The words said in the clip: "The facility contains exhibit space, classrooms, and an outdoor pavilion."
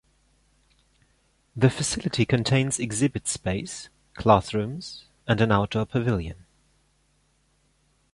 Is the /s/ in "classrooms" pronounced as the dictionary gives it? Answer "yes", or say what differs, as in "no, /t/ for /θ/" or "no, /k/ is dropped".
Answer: no, /θ/ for /s/